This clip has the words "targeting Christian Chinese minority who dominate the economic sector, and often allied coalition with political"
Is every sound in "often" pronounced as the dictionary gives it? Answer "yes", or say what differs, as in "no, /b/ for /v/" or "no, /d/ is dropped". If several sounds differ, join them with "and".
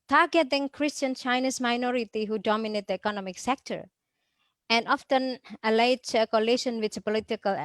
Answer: yes